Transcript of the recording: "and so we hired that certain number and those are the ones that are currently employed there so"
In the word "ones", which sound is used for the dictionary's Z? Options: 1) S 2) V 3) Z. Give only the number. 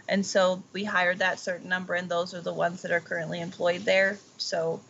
3